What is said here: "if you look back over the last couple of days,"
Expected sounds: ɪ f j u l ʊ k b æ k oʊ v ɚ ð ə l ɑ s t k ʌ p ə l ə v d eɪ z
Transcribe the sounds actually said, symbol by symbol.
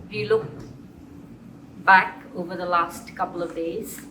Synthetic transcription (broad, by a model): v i l ʊ k b æ k oʊ v ɚ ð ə l ɑ s t k ʌ p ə l ə v d eɪ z